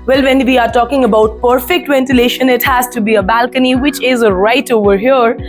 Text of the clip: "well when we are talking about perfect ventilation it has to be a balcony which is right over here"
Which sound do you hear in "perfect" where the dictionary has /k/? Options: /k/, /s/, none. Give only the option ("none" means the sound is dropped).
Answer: /k/